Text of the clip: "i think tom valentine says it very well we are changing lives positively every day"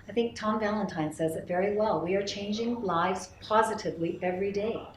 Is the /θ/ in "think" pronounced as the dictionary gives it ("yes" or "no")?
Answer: yes